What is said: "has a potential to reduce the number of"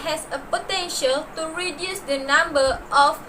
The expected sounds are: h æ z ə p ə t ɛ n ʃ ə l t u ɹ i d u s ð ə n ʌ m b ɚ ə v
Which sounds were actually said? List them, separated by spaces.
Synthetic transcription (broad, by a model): h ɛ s ə p ə t ɛ n ʃ ə l t u ɹ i d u s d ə n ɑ m b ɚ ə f